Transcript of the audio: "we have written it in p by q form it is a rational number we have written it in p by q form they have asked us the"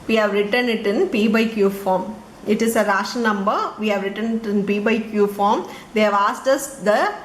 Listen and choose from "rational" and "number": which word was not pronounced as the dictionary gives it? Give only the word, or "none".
rational